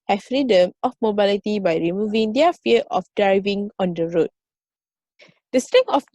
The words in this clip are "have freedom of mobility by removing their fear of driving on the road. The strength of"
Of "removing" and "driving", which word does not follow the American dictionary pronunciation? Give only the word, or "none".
none